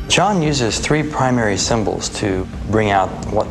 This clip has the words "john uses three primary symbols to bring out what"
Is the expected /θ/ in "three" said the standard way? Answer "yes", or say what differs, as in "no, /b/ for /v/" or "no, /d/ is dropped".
yes